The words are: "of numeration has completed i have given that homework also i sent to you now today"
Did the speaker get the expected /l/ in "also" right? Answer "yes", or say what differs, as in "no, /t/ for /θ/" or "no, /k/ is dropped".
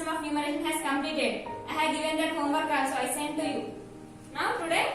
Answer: no, /l/ is dropped